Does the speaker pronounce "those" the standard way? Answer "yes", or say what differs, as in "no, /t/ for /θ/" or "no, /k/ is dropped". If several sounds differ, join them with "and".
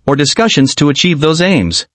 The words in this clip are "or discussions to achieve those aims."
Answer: yes